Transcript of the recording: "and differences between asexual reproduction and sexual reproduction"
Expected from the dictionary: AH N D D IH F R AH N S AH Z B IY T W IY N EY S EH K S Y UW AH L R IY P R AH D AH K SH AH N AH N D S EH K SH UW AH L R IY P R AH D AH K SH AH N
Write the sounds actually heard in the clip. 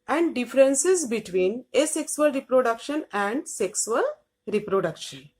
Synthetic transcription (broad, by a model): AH N D D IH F R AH N S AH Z B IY T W IY N EY S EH K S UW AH L R IY P R AH D AH K SH AH N AH N D S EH K S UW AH L R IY P R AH D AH K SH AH N